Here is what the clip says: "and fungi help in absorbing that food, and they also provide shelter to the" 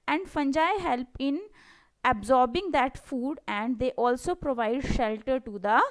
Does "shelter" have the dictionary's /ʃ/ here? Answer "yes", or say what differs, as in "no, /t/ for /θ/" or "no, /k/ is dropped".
yes